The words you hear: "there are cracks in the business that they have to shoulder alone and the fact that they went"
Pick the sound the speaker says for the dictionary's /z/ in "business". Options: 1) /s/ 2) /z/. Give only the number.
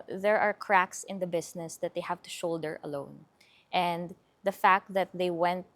1